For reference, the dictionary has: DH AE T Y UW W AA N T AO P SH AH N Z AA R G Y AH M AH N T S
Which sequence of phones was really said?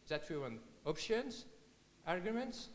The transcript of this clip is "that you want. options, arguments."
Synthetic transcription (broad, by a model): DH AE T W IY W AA N AO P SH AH N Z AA R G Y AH M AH N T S